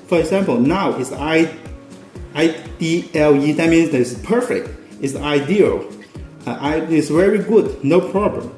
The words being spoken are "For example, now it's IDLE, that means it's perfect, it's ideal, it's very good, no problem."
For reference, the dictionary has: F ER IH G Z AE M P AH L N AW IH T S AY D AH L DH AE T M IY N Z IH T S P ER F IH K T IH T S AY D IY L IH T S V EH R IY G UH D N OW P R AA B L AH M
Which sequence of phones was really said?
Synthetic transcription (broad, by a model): F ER IH G Z AE M P AH L N AW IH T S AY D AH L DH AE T M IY N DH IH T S P ER F IH K T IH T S AY D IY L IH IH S V EH R IY G UH D N OW P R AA B L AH M